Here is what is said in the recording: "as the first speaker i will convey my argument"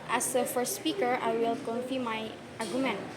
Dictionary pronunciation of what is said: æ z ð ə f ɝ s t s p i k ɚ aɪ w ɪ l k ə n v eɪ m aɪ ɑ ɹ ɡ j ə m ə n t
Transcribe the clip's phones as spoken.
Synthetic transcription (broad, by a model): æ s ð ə f ɝ s t s p i k ɚ aɪ w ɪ l k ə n f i m aɪ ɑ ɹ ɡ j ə m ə n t